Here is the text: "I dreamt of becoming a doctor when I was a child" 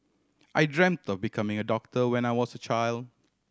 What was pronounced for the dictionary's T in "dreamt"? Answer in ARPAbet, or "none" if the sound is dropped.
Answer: T